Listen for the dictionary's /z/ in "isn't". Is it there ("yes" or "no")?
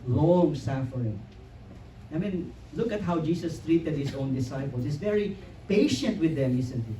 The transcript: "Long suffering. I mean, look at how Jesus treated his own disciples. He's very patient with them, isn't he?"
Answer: no